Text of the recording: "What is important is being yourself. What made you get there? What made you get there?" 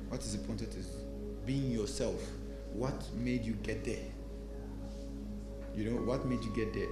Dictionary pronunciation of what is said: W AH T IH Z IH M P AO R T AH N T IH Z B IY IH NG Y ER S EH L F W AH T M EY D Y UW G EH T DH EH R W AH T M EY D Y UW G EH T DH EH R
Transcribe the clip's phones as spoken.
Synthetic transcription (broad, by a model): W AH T IH Z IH P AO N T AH T IH Z B IY IH NG Y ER S EH L F W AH T M EY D Y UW G EH T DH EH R W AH T M EY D Y UW G EH T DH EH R